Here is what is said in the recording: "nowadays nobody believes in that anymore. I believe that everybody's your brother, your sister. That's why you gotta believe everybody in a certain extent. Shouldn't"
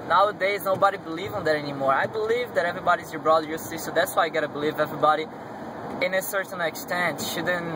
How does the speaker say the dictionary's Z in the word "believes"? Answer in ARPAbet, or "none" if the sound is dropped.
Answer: none